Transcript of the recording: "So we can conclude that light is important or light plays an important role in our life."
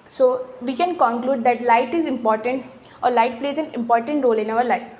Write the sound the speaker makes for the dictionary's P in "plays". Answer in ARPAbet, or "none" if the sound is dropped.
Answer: F